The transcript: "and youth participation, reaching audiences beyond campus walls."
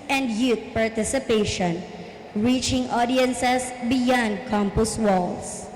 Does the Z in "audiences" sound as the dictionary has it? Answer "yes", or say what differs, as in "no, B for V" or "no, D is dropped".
no, S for Z